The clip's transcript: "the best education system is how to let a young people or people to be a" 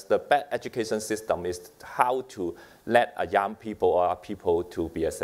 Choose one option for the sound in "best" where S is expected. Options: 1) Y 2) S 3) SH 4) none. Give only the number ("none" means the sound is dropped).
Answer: 4